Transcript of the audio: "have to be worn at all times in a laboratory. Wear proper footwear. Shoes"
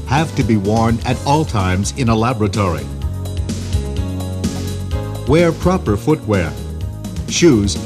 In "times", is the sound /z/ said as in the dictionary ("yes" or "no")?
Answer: yes